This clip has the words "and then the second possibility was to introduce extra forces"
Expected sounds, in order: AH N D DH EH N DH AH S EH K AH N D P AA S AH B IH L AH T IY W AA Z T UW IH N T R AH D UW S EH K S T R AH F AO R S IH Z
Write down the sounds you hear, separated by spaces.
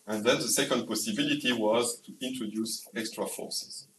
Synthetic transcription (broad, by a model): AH N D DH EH N DH AH S EH K AH N D P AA S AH B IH L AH T IY W AA Z T UW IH N T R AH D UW S EH K S T R AH F AO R S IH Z